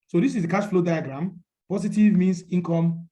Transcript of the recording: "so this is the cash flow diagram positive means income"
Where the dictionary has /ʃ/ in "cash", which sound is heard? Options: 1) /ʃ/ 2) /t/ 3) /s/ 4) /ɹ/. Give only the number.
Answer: 3